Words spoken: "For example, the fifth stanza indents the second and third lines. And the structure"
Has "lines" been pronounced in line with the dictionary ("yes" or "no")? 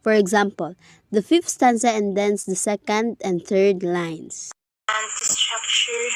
no